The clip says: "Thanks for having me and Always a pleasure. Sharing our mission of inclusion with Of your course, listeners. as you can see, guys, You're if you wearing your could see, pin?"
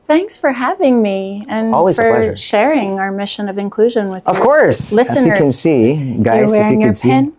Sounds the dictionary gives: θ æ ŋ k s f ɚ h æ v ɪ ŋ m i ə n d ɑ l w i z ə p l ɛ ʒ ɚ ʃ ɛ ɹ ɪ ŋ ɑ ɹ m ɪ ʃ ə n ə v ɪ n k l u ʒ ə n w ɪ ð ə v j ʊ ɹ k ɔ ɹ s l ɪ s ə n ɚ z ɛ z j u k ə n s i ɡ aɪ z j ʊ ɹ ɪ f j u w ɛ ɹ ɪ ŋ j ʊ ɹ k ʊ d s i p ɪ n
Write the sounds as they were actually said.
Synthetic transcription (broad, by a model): θ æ ŋ k s f ɚ h æ v ɪ ŋ m i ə n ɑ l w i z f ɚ ʃ ɛ ɹ ɪ ŋ ɑ ɹ m ɪ ʃ ə n ə v ɪ n k l u ʒ ə n w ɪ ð ə v k ɔ ɹ s l ɪ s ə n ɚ ʌ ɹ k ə n s i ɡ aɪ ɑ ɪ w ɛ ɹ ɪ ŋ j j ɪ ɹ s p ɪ n